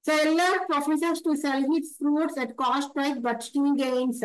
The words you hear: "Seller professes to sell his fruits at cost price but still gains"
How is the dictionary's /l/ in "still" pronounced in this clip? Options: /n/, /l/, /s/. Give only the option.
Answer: /n/